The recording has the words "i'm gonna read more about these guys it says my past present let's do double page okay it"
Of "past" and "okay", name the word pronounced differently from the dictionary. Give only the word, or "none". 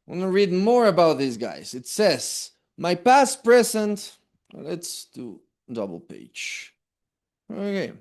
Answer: none